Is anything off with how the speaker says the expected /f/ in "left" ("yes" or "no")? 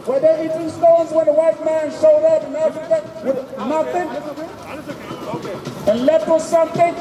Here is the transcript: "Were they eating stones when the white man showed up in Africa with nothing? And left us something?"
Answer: yes